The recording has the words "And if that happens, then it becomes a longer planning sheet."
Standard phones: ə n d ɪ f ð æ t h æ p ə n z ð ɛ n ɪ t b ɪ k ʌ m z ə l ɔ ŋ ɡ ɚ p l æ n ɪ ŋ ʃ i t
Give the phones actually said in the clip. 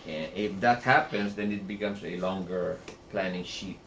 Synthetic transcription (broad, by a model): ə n ɪ f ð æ t h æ p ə n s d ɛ n ɪ t b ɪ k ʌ m s ə l ɔ ŋ ɡ ɚ p l æ n ɪ ŋ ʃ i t